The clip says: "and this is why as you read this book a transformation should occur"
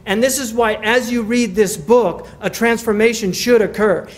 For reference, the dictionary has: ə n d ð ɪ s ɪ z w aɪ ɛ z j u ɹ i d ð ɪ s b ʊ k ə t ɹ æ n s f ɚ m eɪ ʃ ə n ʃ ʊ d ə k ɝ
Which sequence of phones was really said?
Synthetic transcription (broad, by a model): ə n ð ɪ s ɪ z w aɪ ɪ z j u ɹ i d ð ɪ s b ʊ k ə t ɹ æ n s f ɚ m eɪ ʃ ə n ʃ ʊ d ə k ɝ